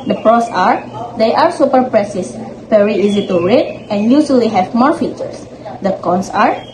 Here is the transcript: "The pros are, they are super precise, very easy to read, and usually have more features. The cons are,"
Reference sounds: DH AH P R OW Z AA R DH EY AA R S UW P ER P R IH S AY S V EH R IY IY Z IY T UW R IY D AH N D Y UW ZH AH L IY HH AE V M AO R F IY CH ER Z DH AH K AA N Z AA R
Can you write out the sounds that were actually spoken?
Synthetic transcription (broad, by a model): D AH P R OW S AA R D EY AA R S UW P ER P R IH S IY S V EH R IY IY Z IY T UW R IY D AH N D Y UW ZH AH L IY HH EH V M AO R F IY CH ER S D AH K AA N S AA R